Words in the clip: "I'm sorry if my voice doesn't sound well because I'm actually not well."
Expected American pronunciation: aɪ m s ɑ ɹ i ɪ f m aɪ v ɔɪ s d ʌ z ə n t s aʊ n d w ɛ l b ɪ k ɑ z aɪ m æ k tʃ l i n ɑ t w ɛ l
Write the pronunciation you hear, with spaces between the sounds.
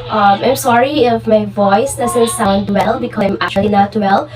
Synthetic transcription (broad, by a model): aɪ m s ɑ ɹ i ɪ f m aɪ v ɔɪ s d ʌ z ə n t s aʊ n d w ɛ l b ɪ k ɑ aɪ m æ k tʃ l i n ɑ t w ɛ l